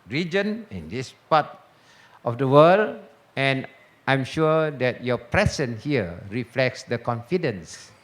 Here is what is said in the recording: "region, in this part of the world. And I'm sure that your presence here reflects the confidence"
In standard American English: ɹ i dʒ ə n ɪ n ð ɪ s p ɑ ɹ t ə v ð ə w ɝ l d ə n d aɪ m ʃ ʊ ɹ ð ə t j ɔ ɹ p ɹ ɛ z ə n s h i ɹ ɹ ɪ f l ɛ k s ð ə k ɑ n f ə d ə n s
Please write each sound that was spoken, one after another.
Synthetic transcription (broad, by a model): ɹ i dʒ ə n ɪ n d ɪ s p ɑ t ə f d ə w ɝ l ə n aɪ m ʃ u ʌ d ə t j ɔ p ɹ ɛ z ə n h i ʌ ɹ ɪ f l ɛ k s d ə k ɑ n f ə d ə n s